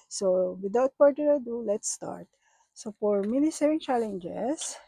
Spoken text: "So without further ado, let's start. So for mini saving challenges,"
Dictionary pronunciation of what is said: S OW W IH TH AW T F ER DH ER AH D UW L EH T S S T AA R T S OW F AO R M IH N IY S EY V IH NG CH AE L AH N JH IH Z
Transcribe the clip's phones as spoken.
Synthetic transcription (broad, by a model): S OW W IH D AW T P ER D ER AH D UW L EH T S S T AA R T S OW F AO R M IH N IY S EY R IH NG CH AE L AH N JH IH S